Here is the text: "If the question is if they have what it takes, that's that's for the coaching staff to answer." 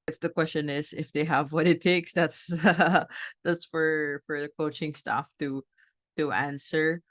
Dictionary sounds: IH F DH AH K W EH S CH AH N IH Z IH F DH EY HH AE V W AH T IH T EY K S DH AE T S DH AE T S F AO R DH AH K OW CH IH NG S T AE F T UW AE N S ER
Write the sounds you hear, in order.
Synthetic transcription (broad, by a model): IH F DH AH K W EH S CH AH N IH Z IH F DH EY HH AE V W AH T IH T EY K S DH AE T S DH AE T S F AO R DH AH K OW CH IH NG S T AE F T UW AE N S ER